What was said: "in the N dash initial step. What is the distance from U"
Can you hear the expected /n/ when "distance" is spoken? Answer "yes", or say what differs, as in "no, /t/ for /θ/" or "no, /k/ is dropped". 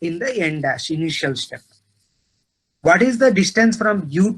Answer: yes